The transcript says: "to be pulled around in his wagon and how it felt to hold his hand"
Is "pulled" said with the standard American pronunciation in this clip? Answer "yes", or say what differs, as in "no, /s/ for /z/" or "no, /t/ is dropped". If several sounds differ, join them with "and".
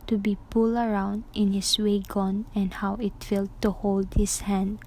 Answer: no, /d/ is dropped